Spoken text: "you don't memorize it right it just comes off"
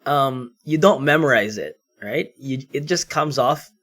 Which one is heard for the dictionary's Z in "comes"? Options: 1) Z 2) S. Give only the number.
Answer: 1